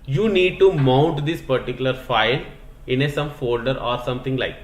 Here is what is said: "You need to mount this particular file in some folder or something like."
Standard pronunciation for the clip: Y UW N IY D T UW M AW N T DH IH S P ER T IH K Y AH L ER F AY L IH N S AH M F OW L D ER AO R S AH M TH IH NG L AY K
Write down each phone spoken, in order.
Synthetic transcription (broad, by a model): Y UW N IY D T UW M AW N T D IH S P ER T IH K Y AH L ER F AY L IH N S AH M F OW L D ER AO R S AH M T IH NG L AY K